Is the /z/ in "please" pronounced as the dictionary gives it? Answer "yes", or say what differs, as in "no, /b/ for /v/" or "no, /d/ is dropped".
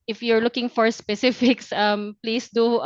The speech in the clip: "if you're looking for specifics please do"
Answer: no, /s/ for /z/